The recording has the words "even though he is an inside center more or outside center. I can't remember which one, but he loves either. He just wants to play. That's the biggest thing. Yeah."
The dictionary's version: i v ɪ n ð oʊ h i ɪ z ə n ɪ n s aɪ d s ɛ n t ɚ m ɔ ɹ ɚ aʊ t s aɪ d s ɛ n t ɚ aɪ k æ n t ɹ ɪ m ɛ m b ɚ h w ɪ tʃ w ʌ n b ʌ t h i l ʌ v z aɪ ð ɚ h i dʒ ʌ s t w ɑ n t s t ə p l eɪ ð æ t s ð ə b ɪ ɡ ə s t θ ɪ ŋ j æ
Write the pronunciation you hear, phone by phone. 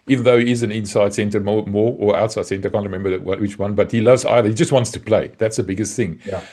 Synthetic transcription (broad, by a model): i v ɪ n ð oʊ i ɪ z ə n ɪ n s aɪ d s ɛ n t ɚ m ɔ ɹ ɚ aʊ t s aɪ d s ɛ n t ɚ aɪ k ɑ n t ɹ ɪ m ɛ m b ɚ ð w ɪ tʃ w ʌ n b ʌ t h i l ʌ v z aɪ ð ɚ h i dʒ ʌ s t w ɑ n t s t ə p l eɪ ð æ t s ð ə b ɪ ɡ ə s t θ ɪ ŋ